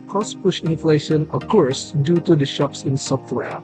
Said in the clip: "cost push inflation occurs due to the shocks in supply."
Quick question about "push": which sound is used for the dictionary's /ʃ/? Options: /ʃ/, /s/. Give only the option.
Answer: /ʃ/